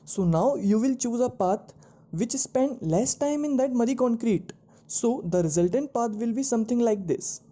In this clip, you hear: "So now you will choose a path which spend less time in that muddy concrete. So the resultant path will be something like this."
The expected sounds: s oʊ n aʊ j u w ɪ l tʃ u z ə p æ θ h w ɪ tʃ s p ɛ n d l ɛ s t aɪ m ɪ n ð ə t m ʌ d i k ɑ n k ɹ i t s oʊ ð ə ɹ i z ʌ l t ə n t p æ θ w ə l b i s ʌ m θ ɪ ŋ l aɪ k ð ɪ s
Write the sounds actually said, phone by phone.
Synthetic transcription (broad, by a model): s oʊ n aʊ j u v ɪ l tʃ u z ə p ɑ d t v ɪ tʃ s p ɛ n d l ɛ s t aɪ m ɪ n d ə t m ʌ d i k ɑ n k ɹ i t s oʊ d ə ɹ i z ʌ l t ə n t p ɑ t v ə l b i s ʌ m t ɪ ŋ l aɪ k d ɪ s